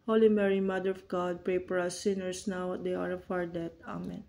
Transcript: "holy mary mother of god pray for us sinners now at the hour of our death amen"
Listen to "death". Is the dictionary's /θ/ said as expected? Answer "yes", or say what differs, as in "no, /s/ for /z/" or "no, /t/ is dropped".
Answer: no, /t/ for /θ/